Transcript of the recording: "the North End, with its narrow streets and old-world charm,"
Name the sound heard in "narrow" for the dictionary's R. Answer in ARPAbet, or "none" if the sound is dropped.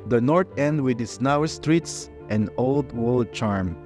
W